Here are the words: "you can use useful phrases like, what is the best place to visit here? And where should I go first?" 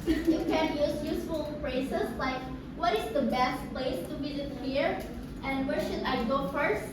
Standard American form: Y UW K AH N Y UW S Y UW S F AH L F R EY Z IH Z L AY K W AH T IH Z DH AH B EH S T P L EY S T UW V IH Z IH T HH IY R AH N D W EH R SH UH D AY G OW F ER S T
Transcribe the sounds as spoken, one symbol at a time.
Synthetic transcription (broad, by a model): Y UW K AH N Y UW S Y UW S F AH L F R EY S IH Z L AY K W AH T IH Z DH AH B EH S T P L EY S T UW B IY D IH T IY R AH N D W EH R SH UH D AY G OW F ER S T